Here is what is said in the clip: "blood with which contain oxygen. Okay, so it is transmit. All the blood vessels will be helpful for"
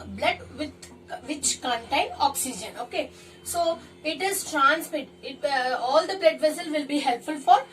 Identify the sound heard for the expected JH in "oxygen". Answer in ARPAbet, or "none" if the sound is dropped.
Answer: JH